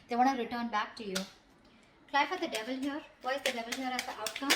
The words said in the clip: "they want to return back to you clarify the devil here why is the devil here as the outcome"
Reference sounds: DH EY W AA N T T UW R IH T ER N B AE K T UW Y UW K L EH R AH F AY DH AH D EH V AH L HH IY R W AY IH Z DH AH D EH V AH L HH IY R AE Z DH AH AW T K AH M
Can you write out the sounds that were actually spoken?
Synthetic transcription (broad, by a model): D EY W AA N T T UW R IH T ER N B AE K T UW Y UW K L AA AH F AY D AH D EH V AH L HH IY R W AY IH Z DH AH D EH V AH L HH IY R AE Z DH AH AW T K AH M